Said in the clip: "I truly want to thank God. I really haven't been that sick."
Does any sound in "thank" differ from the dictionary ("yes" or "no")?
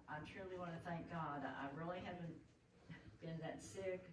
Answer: no